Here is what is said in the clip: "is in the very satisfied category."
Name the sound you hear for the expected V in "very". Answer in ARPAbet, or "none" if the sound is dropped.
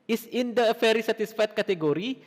F